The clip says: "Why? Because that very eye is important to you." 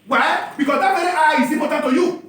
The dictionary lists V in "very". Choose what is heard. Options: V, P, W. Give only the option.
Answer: W